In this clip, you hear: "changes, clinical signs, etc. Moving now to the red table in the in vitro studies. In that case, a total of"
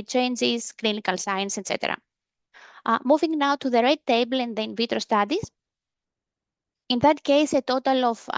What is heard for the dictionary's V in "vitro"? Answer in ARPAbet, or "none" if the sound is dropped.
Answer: V